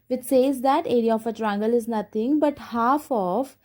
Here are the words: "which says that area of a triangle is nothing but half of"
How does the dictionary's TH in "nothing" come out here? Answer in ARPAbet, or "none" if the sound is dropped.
T